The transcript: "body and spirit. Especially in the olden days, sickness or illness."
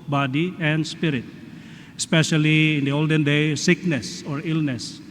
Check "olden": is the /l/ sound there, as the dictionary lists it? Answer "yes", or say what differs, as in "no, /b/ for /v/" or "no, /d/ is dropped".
yes